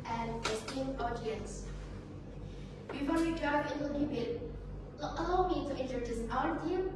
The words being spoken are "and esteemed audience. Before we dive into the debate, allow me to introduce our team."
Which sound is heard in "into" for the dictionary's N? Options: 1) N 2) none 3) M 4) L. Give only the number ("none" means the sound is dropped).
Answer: 4